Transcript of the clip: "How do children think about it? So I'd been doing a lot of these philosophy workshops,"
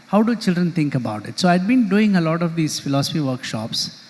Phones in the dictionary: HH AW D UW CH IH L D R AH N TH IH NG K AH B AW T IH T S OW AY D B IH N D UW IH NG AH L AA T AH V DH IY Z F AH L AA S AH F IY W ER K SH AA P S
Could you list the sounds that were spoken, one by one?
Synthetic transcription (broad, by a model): HH AW D UW CH IH L D R AH N T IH NG K AH B AW T IH T S OW AY D B IH N D UW IH NG AH L AA T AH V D IY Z F AH L AA S AH F IY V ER K SH AA P S